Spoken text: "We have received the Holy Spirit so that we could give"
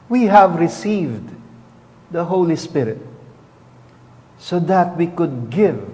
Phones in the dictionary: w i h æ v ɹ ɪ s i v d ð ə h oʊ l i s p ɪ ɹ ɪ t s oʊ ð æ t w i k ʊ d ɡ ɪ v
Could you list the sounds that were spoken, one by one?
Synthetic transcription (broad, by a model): w i h æ v ɹ ɪ s i v d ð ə h oʊ l i s p ɪ ɹ ɪ t s oʊ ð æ t w i k ʊ d ɡ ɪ v